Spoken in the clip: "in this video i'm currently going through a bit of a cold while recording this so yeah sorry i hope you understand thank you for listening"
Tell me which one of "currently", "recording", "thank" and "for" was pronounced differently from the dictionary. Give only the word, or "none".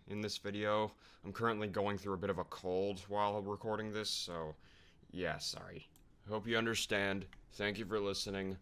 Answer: none